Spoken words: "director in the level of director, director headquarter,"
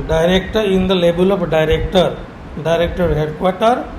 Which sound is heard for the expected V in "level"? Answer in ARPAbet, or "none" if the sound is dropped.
B